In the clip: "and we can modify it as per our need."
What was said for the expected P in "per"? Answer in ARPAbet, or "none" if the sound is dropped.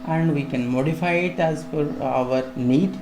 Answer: F